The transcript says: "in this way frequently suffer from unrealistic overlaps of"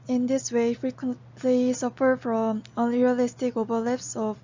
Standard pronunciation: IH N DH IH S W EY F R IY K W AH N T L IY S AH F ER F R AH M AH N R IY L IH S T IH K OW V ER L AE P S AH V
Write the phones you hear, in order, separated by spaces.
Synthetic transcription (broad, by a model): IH N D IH S W EY F R IY K W AH N T L IY S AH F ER F R AH M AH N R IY L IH S T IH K OW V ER L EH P S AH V